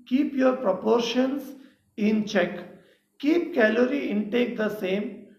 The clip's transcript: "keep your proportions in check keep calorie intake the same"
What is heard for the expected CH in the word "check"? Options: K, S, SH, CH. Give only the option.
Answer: CH